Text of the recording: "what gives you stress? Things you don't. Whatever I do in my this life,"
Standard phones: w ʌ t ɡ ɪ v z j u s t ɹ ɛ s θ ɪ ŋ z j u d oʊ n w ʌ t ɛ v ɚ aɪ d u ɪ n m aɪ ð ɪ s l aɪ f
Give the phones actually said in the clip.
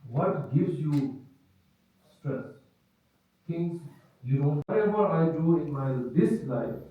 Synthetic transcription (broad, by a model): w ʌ t ɡ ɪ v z j u s t ɹ ɛ s t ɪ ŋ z j u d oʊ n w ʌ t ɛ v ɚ aɪ d u ɪ n m aɪ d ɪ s l aɪ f